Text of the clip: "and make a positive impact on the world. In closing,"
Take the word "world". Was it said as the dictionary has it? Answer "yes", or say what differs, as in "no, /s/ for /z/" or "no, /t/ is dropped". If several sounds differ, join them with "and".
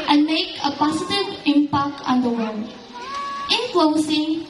no, /n/ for /l/